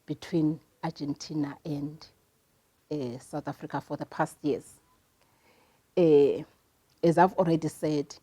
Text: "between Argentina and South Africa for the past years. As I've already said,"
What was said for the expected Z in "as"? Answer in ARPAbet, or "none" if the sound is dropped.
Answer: Z